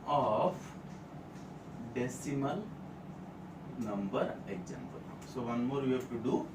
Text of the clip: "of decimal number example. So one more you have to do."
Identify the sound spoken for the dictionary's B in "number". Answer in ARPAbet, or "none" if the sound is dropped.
B